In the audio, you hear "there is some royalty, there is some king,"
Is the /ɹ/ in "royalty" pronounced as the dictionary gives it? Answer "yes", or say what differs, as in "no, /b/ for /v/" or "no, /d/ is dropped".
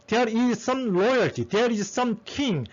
no, /l/ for /ɹ/